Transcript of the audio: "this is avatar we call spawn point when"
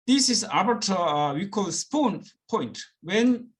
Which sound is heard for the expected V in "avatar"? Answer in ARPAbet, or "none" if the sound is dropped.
B